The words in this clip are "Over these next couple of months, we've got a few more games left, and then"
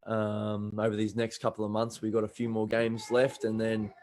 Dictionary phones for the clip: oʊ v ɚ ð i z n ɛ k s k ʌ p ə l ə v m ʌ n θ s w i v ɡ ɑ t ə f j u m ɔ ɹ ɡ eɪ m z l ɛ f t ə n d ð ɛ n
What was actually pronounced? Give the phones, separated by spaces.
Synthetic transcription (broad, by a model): oʊ v ɚ ð i z n ɛ k s k ʌ p l ə v m ʌ n θ s w i ɡ ɑ t ə f j u m ɔ ɹ ɡ eɪ m z l ɛ f t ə n ð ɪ n